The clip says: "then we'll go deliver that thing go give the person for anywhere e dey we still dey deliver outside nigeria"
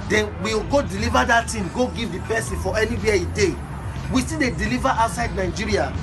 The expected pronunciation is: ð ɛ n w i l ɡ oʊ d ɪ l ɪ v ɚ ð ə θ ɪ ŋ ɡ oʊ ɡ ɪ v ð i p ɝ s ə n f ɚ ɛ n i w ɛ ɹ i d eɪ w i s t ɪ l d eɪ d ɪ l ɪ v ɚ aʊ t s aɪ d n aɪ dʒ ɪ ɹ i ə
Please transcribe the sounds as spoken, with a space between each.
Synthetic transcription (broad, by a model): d ɛ n w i w ɡ oʊ d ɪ l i v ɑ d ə t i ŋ ɡ oʊ ɡ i v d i p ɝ s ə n f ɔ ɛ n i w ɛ i d eɪ w i s t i d eɪ d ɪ l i v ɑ aʊ t s aɪ d n aɪ dʒ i ɹ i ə